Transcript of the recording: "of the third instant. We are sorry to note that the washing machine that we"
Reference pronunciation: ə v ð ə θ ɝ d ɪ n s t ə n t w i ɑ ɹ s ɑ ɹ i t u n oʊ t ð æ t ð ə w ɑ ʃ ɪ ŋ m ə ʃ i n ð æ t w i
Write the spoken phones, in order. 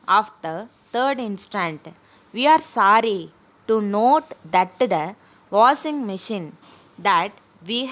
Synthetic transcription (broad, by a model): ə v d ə t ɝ d ɪ n s t ə n t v i ɑ ɹ s ɑ ɹ i t u n oʊ t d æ t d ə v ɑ s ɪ ŋ m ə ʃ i n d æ t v i